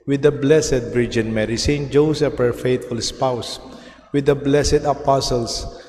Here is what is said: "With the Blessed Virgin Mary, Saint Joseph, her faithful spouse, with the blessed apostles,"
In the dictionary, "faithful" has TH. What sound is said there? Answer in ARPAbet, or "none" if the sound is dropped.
T